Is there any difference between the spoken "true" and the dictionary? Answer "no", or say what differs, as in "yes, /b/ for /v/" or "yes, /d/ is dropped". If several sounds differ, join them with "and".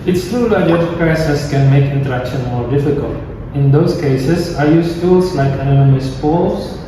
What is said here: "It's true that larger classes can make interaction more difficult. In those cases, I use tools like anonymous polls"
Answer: yes, /ɹ/ is dropped